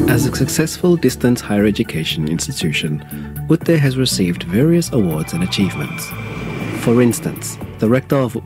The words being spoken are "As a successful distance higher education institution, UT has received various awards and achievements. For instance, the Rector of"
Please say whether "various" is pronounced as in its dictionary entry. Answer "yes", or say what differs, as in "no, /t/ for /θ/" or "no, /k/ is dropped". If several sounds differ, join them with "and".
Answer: yes